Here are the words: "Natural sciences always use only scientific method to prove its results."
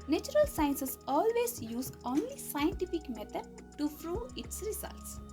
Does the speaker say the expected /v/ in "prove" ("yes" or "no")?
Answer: no